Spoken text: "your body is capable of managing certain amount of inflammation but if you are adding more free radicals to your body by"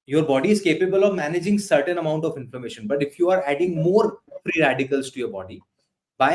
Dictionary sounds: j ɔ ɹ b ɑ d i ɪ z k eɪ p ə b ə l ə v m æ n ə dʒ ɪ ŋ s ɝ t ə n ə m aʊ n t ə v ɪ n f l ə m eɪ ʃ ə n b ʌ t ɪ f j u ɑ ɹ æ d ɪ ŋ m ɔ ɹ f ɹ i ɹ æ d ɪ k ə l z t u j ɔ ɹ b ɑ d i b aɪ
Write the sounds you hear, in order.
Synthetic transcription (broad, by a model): j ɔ ɹ b ɑ d i ɪ z k eɪ p ə b ə l ə v m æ n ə dʒ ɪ ŋ s ɝ t ə n ə m aʊ n t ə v ɪ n f ə m eɪ ʃ ə n b ʌ t ɪ f j u ɑ ɹ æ d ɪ ŋ m ɔ ɹ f ɹ i ɹ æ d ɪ k ə l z t u j ɔ ɹ b ɑ d i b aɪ